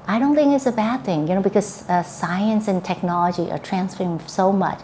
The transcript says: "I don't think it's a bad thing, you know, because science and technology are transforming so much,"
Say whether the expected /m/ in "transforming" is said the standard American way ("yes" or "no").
no